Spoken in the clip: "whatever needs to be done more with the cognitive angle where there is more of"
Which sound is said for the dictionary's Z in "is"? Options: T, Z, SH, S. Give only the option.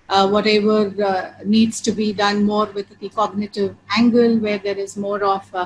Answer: Z